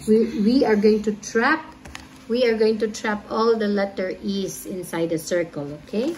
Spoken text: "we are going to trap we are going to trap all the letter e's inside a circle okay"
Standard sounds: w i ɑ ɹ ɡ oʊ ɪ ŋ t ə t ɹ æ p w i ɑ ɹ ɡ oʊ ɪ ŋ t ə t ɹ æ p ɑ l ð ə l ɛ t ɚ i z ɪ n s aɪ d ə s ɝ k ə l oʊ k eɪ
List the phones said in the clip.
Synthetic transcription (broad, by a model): w i ɑ ɹ ɡ oʊ ɪ ŋ t ə t ɹ æ p w i ɑ ɹ ɡ oʊ ɪ ŋ t ə t ɹ æ p ɑ l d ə l ɛ t ɚ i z ɪ n s aɪ d ə s ɝ k ə l oʊ k eɪ